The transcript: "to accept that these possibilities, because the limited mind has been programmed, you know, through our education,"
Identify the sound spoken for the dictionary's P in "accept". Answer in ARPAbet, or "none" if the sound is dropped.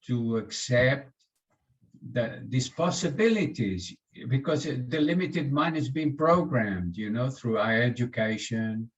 P